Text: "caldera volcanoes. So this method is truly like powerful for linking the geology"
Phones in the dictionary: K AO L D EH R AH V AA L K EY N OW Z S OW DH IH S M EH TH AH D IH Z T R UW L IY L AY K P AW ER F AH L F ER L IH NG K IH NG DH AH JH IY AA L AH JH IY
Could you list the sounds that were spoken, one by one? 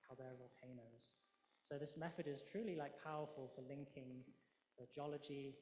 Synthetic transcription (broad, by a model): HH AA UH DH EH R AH V AA L K EY N OW Z S OW DH IH S M EH TH AH D IH Z T R UW L IY L AY K P AW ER F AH L F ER L IH NG K IH NG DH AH JH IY AA L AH JH IY